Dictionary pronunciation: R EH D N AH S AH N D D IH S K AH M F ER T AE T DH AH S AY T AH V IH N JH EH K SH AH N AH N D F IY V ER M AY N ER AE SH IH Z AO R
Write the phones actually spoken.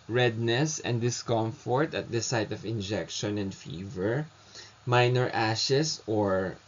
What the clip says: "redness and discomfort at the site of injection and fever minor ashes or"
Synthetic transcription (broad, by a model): R EH D N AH S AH N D D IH S K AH M F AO T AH T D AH S AY T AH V IH N JH EH K SH AH N AH N D F IY V ER M AY N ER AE SH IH S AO R